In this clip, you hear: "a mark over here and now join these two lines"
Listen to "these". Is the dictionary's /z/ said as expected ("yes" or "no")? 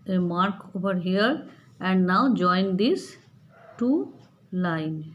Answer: no